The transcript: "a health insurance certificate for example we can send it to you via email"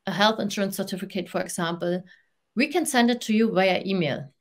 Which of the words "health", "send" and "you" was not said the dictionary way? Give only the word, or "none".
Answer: none